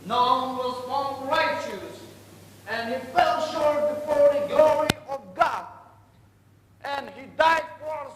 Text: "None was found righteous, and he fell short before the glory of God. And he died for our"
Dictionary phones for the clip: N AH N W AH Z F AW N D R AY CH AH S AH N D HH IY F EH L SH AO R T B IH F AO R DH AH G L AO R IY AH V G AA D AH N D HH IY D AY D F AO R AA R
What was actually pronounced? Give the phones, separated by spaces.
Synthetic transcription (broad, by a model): N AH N W AH Z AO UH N R AY CH AH S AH N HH IY F EH L SH AO R T B IH F AO R DH AH G L AO R IY AH V G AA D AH N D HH IY D AY D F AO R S